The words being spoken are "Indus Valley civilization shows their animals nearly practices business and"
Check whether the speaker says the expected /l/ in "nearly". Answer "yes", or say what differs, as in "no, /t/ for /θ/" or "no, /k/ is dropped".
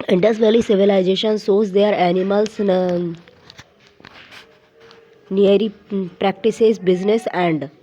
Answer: no, /l/ is dropped